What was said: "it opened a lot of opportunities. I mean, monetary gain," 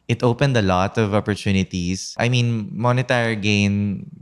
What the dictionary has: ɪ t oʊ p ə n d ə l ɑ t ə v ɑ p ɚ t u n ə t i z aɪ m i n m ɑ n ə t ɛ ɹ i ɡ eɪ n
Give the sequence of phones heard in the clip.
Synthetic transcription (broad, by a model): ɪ t oʊ p ə n d ə l ɑ t ə v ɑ p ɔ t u n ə t i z aɪ m i n m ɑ n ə t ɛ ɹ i ɡ eɪ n